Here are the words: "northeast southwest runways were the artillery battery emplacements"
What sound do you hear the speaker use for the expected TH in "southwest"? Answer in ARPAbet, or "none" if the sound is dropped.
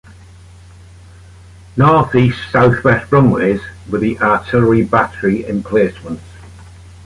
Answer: TH